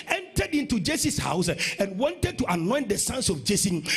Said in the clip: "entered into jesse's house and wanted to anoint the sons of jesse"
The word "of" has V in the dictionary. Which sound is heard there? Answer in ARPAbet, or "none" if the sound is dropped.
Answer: F